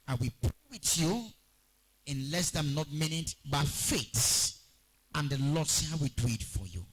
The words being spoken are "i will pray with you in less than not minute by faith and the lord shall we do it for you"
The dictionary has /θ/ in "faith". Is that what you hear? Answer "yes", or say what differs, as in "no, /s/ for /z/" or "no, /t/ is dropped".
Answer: no, /s/ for /θ/